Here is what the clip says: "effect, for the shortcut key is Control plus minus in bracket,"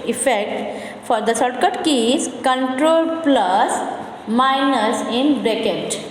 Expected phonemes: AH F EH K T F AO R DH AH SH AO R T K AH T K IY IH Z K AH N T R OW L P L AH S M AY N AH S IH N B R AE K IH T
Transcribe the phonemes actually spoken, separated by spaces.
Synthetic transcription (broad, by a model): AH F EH K T F AO R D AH S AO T K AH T K IY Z K AH N T R OW L P L AH S M AY N AH S IH N B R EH K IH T